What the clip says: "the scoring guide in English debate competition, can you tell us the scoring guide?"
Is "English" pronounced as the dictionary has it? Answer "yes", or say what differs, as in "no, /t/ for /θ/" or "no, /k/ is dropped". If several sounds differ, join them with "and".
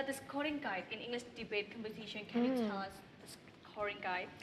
yes